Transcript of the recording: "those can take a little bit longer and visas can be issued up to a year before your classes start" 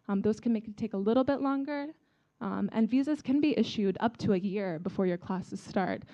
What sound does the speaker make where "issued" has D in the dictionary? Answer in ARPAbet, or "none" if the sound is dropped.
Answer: D